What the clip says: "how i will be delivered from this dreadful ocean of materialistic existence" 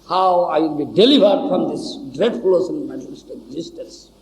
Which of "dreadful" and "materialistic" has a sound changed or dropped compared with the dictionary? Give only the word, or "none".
materialistic